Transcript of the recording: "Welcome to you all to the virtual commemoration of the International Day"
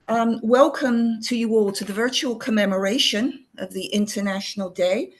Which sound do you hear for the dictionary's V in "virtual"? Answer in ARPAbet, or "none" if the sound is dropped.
V